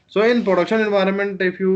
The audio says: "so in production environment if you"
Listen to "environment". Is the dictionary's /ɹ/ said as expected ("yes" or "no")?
yes